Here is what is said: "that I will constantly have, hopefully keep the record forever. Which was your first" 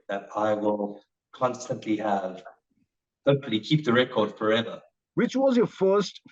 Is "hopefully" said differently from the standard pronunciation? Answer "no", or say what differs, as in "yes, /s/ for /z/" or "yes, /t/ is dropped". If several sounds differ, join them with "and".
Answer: yes, /f/ is dropped